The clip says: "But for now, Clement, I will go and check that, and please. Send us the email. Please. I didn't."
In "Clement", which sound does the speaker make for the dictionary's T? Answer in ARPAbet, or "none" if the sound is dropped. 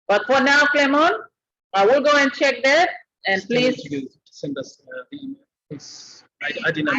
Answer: none